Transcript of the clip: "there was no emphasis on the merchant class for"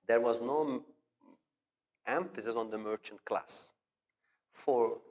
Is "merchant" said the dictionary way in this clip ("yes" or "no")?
yes